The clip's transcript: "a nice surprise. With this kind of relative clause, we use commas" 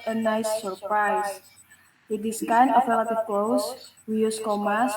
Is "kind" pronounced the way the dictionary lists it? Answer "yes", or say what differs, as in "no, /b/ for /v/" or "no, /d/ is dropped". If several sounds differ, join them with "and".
no, /d/ is dropped